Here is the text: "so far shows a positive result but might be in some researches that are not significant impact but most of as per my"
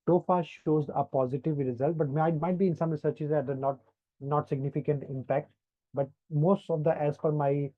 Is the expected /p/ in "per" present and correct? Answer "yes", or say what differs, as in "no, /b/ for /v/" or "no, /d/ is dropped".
no, /f/ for /p/